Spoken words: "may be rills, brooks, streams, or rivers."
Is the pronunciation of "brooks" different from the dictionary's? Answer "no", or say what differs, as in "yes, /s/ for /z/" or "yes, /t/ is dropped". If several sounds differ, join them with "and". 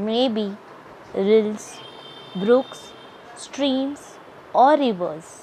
no